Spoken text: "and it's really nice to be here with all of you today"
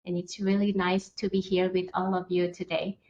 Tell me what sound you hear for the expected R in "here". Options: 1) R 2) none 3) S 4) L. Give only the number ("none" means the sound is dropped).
1